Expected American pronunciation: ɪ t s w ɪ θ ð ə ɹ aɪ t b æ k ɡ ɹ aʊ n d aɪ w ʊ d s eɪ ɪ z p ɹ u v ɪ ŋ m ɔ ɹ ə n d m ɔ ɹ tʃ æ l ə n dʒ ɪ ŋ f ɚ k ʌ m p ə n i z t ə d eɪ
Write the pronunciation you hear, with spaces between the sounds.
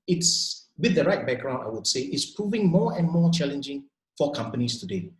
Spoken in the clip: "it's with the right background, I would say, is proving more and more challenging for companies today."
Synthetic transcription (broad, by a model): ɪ t s w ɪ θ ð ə ɹ aɪ t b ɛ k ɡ ɹ aʊ n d aɪ w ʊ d s eɪ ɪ s p ɹ u v ɪ ŋ m ɔ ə n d m ɔ tʃ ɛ l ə n dʒ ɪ ŋ f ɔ k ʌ m p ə n i s t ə d eɪ